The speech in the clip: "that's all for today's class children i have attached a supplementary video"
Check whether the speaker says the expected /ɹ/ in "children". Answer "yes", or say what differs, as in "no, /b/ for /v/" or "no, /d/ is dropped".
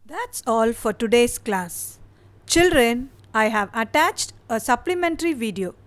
yes